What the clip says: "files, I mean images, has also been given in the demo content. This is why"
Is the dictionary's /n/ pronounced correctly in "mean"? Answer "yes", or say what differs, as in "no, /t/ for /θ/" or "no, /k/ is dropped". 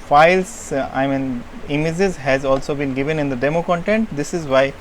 yes